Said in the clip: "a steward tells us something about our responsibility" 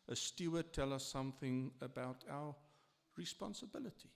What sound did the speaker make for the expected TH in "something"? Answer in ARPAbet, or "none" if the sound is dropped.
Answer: TH